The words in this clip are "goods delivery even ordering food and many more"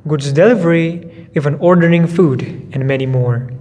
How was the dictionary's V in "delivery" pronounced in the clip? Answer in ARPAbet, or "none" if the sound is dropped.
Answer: V